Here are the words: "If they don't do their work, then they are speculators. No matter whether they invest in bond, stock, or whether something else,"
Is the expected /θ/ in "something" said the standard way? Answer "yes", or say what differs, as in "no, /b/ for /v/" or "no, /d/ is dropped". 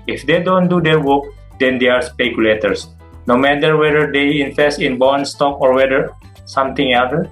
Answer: no, /t/ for /θ/